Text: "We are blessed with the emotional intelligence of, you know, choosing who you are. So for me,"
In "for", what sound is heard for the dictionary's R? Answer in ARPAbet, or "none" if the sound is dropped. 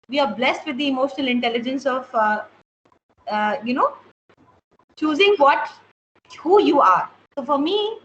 R